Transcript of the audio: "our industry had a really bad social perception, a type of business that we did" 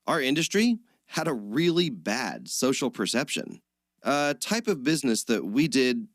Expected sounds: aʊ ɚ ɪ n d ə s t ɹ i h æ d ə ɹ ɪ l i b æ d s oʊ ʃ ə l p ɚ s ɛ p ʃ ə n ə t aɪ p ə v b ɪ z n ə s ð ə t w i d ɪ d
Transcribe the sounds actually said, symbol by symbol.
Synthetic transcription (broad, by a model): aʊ ɚ ɪ n d ə s t ɹ i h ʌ d ə ɹ ɪ l i b æ d s oʊ ʃ l p ɚ s ɛ p ʃ ə n ə t aɪ p ə v b ɪ z n ə s ð ə t w i d ɪ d